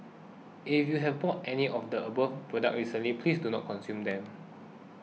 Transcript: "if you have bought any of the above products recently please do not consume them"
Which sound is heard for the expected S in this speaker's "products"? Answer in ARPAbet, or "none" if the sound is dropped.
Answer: none